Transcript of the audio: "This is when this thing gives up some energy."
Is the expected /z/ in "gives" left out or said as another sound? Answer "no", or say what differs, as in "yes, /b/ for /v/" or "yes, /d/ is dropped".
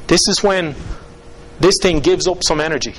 no